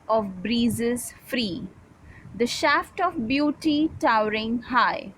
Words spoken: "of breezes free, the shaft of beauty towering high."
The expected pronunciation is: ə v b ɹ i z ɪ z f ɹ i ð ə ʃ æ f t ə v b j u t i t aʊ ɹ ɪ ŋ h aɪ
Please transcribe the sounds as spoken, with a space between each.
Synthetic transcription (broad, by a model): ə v b ɹ i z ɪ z f ɹ i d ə ʃ æ f t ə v b j u t i t aʊ ɹ ɪ ŋ h aɪ